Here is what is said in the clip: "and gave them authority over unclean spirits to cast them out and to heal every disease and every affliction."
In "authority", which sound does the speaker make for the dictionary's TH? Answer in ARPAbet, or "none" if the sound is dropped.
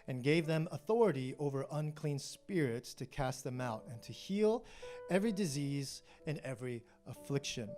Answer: TH